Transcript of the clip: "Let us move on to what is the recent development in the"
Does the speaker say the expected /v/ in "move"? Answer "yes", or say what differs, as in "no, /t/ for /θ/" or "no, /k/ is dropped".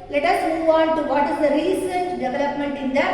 yes